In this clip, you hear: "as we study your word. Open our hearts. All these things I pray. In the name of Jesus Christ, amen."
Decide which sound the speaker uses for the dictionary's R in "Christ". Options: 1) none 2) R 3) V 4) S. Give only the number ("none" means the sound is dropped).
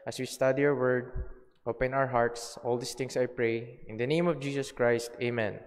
2